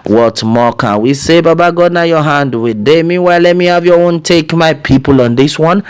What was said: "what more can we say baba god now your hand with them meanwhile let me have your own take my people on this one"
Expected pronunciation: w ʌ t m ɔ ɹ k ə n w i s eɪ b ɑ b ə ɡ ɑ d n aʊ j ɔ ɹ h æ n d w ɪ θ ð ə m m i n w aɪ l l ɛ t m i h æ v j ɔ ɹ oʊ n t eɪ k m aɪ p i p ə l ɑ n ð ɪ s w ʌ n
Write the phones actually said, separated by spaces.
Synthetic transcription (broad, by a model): w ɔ t m ɔ k ə n w i s eɪ b ɑ b ə ɡ ɑ d n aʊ j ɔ h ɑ n d w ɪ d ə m m i w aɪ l l ɛ t m i h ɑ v j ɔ oʊ n t eɪ k m aɪ p i p ə l ɑ n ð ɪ s w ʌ n